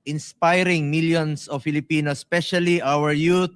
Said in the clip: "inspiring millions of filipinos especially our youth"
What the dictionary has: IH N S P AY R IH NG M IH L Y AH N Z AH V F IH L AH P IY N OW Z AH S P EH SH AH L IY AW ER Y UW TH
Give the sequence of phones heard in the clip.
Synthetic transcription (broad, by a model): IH N S P AY R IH NG M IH L Y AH N S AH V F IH L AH P IY N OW S P EH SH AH L IY AW ER Y UW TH